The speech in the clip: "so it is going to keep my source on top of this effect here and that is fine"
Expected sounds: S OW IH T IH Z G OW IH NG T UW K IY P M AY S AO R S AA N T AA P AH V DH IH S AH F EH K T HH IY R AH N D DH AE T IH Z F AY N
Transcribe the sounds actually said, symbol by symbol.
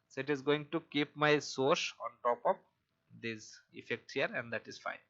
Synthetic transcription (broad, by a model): S OW IH T IH Z G OW IH NG T UW K IY P M AY S AO R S AA N T AA P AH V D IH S AH F EH K T HH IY R AH N D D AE T IH Z F AY N